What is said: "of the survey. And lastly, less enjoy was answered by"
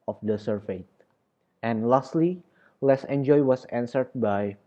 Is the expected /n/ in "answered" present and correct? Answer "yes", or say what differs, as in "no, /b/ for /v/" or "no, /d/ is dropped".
yes